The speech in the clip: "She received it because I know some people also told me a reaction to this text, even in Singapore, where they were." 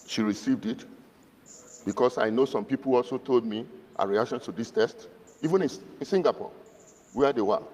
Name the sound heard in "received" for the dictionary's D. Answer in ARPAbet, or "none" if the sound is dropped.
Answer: D